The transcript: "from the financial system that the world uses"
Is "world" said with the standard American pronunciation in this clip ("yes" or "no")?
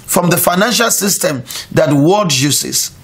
no